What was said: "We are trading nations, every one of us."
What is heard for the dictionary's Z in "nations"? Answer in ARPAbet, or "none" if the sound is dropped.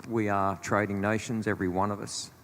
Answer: Z